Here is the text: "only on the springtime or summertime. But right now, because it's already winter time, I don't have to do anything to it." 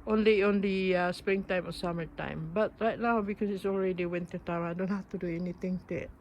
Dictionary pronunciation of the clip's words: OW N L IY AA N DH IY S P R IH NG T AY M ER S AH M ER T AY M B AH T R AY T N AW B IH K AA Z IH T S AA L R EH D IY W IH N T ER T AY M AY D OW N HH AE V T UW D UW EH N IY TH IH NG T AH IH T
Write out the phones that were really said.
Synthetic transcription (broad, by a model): OW N L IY AA N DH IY S P R IH NG T AY M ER S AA M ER T AY M B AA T R AY T N AW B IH K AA S IH T S AA L R EH D IY W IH N T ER T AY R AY D OW N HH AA F T UW D UW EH N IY T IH NG T AH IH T